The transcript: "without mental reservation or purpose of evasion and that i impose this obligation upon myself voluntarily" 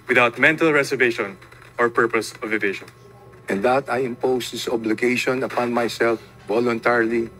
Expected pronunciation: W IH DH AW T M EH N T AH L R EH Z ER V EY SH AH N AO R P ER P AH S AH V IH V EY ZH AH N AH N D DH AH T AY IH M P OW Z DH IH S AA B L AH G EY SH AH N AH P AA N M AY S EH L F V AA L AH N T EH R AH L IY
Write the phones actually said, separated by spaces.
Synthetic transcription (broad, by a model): W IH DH AW T M EH N T AH L R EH S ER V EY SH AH N AO R P ER P AH S AH V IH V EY SH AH N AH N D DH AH T AY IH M P OW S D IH S AA B L AH G EY SH AH N AH P AA N M AY S EH L F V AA L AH N T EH R L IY